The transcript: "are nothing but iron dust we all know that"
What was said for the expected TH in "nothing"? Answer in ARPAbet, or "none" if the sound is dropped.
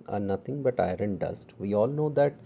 T